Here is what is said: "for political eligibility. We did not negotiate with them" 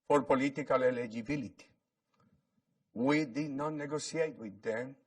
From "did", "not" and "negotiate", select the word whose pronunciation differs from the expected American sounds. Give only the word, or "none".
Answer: negotiate